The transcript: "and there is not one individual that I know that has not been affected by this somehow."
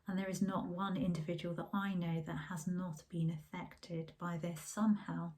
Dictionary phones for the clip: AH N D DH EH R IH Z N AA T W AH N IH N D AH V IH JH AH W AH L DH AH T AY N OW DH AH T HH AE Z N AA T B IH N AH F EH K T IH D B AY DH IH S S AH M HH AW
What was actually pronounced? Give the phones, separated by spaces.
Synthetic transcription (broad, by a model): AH N DH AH R IH Z N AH T W AH N IH N D AH V IH JH AH W AH L DH AH T AY N OW DH AH T HH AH Z N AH T B IH N AH F EH K T IH D B AY DH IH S S AH M HH AW